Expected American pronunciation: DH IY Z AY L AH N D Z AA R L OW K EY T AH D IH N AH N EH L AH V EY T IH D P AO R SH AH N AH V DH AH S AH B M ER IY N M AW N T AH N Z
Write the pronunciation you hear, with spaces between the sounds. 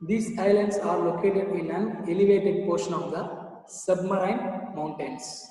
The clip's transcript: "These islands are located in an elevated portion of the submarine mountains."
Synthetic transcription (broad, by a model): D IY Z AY L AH N D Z AA R L OW K EY T AH D IH N AH N EH L AH V EY T IH D P AO R SH AH N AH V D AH S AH B M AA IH N M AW N T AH N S